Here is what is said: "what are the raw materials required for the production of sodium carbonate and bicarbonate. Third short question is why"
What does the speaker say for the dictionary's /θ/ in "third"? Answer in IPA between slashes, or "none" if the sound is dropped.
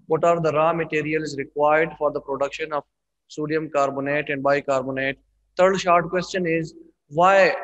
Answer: /t/